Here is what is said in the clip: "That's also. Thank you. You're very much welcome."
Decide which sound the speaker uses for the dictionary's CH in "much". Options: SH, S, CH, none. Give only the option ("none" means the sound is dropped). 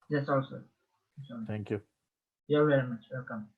CH